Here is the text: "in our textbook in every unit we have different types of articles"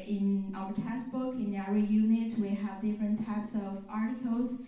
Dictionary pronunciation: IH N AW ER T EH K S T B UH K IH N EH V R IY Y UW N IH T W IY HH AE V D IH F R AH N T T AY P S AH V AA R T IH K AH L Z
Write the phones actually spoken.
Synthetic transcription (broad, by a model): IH N AW ER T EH S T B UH K IH N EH R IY Y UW N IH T W IY HH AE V D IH F R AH N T T AY P S AH V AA R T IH K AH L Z